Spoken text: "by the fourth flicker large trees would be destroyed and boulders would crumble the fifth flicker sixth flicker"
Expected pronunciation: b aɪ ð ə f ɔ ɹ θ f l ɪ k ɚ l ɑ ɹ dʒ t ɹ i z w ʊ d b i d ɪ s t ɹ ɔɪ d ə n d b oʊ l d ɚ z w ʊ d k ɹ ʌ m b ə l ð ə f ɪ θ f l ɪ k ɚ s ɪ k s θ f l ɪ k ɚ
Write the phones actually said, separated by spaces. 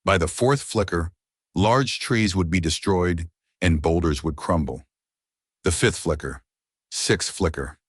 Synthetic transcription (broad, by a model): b aɪ ð ə f ɔ ɹ θ f l ɪ k ɚ l ɑ ɹ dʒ t ɹ i z w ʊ d b i d ɪ s t ɹ ɔɪ d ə n b oʊ l d ɚ z w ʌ d k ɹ ʌ m b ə l ð ə f ɪ θ f l ɪ k ɚ s ɪ k s f l ɪ k ɚ